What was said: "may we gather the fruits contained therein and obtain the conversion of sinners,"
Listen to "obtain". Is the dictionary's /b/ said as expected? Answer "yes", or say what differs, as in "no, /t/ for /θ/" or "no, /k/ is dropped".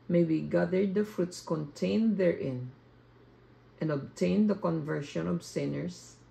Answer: yes